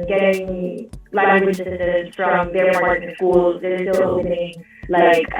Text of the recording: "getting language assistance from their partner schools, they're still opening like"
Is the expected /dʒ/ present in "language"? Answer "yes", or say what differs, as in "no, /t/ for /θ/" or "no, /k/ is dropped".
no, /dʒ/ is dropped